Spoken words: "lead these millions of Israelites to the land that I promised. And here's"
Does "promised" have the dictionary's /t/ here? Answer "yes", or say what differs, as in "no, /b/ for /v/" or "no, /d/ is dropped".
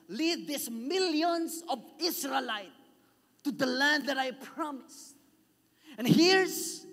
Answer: no, /t/ is dropped